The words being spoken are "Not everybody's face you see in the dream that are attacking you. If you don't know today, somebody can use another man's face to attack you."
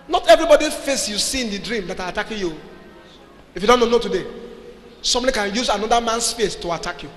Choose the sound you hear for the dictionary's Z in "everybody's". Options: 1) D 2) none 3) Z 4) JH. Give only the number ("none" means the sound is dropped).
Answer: 2